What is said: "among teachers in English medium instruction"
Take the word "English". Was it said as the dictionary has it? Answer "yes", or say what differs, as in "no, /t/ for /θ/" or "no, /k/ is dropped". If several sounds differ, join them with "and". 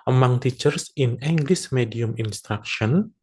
no, /s/ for /ʃ/